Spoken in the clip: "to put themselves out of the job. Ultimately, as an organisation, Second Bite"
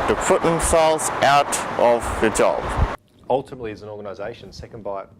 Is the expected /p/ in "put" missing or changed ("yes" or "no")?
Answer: yes